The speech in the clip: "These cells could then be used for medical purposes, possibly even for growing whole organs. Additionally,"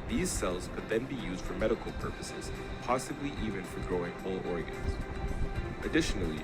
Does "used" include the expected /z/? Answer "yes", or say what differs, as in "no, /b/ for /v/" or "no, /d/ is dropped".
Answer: yes